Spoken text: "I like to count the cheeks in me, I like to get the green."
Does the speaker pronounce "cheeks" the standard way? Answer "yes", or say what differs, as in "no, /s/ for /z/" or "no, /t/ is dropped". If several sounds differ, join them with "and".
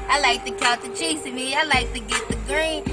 no, /k/ is dropped